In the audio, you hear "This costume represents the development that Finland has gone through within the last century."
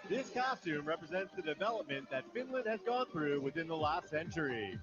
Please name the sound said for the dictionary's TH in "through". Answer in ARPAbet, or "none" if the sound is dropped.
TH